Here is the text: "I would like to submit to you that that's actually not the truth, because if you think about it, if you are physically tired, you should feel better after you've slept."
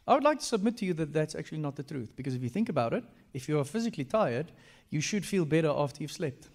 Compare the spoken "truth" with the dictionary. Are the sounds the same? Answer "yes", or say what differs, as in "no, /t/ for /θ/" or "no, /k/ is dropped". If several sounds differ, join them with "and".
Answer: yes